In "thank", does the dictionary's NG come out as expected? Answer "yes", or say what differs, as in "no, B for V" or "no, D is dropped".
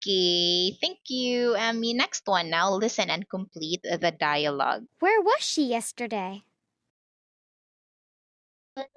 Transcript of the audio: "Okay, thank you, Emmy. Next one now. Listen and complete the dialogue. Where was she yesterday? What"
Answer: yes